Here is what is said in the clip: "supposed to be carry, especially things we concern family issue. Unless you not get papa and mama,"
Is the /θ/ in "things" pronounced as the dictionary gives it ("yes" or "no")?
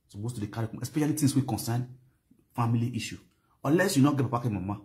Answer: no